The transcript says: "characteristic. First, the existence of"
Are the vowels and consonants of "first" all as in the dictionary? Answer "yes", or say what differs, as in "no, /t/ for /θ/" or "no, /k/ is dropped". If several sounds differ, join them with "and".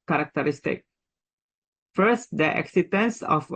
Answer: yes